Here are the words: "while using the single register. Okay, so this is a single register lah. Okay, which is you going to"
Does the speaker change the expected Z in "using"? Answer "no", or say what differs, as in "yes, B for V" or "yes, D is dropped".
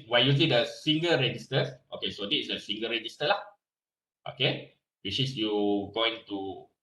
yes, S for Z